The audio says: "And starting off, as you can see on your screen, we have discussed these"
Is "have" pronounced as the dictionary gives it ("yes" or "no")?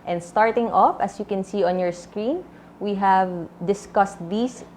yes